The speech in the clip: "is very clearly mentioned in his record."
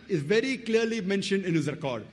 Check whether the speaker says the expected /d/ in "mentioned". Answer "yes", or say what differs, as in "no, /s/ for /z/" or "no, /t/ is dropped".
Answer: yes